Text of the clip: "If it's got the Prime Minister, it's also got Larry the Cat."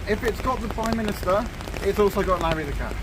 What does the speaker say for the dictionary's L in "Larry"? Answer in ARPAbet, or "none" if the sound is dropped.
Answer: N